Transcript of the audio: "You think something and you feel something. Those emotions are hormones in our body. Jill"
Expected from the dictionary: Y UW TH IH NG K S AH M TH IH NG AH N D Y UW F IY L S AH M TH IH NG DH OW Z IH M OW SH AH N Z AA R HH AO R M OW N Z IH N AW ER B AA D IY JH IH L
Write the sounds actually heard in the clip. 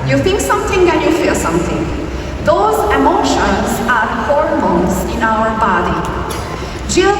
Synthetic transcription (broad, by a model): Y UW T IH NG K S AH M T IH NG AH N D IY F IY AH S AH M T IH NG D OW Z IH M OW SH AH N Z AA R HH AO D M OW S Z IH N AW ER B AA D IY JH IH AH